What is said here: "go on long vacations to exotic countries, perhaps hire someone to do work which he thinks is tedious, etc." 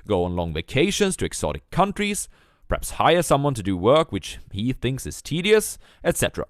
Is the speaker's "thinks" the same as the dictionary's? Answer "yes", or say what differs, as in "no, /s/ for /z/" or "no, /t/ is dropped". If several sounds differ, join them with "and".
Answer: yes